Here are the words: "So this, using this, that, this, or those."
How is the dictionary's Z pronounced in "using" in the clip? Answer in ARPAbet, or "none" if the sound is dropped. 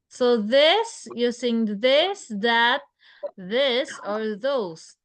S